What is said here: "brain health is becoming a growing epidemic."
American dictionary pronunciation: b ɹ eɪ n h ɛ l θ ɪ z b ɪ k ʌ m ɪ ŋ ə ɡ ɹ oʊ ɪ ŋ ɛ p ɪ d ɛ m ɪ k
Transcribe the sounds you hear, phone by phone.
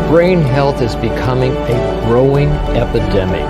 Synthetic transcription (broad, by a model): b ɹ eɪ n h ɛ l θ ɪ z b ɪ k ʌ m ɪ ŋ ə ɡ ɹ oʊ ɪ ŋ ɛ p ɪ d ɛ m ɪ k